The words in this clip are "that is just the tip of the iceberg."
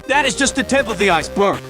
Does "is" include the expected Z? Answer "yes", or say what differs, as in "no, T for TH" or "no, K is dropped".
yes